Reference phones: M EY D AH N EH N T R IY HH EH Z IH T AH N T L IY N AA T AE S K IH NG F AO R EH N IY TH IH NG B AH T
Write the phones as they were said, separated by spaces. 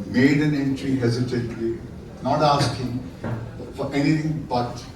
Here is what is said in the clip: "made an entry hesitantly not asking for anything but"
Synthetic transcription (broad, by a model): M EY D AH N EH N T R IY HH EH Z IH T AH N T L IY N AA T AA S K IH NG F AO R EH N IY T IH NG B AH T